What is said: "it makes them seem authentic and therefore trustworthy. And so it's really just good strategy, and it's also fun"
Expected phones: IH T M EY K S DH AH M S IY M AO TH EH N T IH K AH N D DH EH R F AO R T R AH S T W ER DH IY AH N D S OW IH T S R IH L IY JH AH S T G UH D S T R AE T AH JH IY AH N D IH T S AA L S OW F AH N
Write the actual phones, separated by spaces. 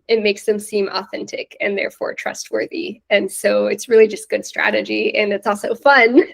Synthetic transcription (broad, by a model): IH T M EY K S DH AH M S IY M AO TH EH N T IH K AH N DH EH R F AO R T R AH S T W ER DH IY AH N S OW IH T S R IH L IY JH AH S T G UH D S T R AE T AH JH IY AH N IH T S AA L S OW F AH N